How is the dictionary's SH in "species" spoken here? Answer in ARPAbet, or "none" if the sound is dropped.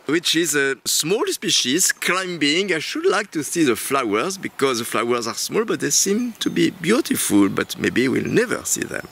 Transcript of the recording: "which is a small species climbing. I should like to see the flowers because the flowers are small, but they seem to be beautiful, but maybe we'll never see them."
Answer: SH